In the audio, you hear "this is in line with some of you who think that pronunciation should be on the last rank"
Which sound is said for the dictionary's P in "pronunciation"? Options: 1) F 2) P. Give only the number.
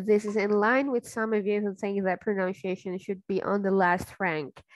2